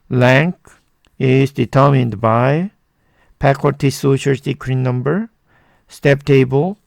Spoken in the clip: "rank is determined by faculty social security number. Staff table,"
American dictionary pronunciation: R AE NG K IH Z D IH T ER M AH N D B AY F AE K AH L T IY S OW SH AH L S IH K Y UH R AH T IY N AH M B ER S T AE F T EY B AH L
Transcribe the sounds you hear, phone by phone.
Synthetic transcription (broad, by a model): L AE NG K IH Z D IH T ER M AH N D B AY P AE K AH T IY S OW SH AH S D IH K R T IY N AH M B ER S T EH P T EY B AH L